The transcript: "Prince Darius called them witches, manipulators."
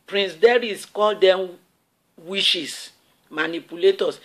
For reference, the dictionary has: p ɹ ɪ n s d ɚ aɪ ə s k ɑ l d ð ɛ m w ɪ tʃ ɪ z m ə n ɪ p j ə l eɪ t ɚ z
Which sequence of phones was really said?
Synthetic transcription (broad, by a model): p ɹ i n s d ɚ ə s k ɑ l d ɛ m w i ʃ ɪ s m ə n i p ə l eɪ t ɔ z